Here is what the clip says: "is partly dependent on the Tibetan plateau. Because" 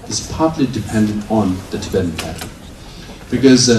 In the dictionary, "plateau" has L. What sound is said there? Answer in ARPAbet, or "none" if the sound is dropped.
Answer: none